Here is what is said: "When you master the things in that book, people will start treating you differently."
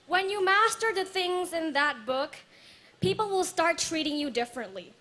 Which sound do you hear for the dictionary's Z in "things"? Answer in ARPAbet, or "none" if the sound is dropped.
Z